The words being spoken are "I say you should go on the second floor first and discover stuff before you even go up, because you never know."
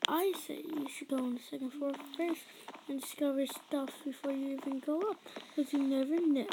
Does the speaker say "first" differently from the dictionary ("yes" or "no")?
yes